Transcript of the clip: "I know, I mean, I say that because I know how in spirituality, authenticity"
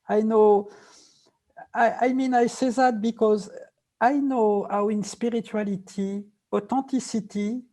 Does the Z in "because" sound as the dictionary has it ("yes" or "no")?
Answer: yes